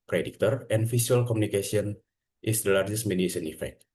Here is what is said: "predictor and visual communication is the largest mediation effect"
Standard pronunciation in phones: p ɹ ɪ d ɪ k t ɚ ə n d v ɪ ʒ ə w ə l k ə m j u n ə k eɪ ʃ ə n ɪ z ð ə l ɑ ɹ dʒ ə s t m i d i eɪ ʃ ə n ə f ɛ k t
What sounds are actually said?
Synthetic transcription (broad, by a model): p ɹ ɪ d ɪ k t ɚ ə n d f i s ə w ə l k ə m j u n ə k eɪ s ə n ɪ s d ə l ɑ ɹ dʒ ə s t m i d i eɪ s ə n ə f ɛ k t